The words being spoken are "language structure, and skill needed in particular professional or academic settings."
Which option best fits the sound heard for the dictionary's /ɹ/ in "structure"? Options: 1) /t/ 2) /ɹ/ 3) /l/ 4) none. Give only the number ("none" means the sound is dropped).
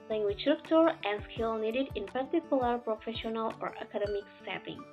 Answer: 4